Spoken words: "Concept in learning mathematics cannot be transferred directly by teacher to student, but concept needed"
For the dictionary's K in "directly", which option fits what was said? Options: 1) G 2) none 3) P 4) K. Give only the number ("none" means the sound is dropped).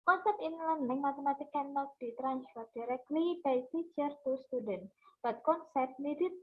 4